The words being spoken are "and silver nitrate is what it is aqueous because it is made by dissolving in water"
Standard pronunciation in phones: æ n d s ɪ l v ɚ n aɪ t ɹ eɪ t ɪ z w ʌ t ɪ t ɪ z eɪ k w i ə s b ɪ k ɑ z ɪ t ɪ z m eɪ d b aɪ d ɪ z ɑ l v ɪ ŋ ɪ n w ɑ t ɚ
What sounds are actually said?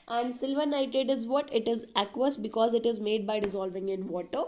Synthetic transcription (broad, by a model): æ n d s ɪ l v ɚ n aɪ t eɪ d ɪ z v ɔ t ɪ t ɪ z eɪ k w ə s b ɪ k ɑ z ɪ t ɪ z m eɪ d b aɪ d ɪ z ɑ l v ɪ ŋ ɪ n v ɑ t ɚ